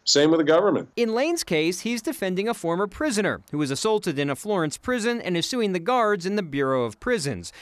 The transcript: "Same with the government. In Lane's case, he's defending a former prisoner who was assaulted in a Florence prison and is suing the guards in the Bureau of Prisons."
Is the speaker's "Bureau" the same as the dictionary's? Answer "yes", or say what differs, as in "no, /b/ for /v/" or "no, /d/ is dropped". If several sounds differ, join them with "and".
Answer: yes